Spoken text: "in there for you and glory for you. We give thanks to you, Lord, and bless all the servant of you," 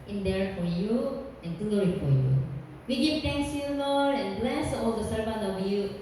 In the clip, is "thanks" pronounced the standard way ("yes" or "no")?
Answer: no